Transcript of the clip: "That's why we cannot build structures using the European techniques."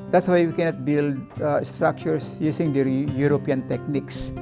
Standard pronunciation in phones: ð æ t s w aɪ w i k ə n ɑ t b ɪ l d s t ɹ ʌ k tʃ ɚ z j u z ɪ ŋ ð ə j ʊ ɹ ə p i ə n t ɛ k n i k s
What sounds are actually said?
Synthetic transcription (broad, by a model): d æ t s w aɪ w i k ə n ɑ t b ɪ l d s t ɹ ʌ k tʃ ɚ s j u s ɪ ŋ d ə j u ɹ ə p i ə n t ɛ k n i k s